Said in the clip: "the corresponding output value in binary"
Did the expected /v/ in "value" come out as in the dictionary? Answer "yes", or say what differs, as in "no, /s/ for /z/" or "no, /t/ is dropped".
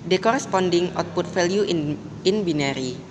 no, /f/ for /v/